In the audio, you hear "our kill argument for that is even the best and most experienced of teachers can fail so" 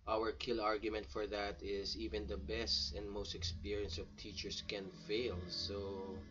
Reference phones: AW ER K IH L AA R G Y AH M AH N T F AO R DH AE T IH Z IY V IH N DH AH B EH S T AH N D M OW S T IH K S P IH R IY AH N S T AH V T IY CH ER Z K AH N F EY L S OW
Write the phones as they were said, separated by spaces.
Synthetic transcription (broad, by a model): AW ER K IH L AA R G Y AH M AH N T F AO R DH AE T IH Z IY V IH N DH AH B EH S T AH N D M OW S T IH K S P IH R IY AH N S AH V T IY CH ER S K AH N F EY L S OW